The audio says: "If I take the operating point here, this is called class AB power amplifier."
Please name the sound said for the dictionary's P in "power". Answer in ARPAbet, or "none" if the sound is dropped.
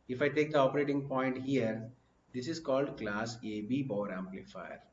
B